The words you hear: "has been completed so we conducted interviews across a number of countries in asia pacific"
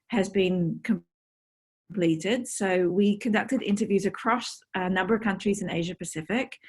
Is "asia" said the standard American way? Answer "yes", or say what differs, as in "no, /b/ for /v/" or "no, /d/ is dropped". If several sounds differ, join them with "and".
yes